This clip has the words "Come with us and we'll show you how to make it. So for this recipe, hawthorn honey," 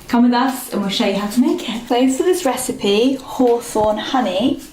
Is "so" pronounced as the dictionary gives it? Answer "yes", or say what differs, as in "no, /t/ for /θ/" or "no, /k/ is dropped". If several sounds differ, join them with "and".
no, /θ/ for /s/